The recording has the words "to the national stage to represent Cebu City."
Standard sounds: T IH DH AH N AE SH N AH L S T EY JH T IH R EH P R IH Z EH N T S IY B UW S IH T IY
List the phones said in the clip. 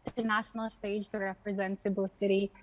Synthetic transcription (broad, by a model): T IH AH N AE SH N L S T EY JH T IH R EH P R IH Z EH N T S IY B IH S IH T IY